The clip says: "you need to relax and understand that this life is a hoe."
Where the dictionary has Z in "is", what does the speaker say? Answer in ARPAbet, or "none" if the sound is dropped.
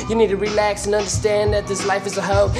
Z